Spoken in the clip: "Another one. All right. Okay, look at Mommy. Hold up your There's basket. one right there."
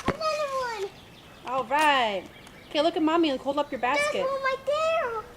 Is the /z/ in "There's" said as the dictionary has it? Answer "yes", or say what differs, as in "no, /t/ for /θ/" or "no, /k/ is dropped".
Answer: no, /z/ is dropped